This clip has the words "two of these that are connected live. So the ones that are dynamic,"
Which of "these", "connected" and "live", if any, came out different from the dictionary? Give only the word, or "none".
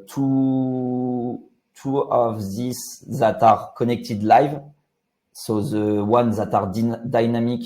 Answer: these